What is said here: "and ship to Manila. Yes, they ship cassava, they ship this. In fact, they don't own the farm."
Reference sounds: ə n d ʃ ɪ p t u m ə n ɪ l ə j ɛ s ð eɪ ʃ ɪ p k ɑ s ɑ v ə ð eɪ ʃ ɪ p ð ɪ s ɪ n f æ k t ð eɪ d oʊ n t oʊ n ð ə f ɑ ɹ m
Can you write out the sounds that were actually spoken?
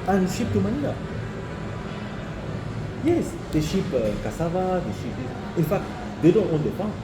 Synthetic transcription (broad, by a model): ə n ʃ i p t u m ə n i n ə j ɛ s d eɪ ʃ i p k ɑ s ɑ v ə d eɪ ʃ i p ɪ ɪ n f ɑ k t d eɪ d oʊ n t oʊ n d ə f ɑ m